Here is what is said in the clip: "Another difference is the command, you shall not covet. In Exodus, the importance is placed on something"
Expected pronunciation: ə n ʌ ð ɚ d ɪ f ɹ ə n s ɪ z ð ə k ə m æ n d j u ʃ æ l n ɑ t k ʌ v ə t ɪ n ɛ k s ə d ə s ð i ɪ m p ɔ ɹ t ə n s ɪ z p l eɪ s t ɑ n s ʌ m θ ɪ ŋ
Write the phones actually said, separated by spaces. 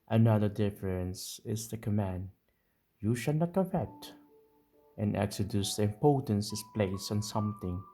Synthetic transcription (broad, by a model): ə n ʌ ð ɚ d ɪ f ɹ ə n s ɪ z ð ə k ə m æ n d j u ʃ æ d n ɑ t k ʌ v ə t ɪ n ɛ k s ə d ə s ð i ɪ m p ɔ ɹ t ə n s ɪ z p l eɪ s ɑ n s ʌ m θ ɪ ŋ